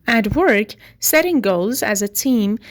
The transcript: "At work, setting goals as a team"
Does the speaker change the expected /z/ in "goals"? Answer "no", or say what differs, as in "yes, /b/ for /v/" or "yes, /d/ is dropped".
no